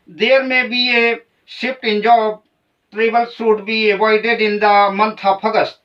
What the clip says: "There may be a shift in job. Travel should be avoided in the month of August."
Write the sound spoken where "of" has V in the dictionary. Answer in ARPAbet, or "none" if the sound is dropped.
P